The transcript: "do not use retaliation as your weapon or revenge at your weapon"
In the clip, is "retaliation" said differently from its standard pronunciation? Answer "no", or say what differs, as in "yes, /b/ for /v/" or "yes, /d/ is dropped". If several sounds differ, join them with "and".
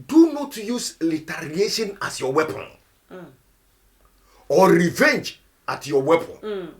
yes, /l/ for /ɹ/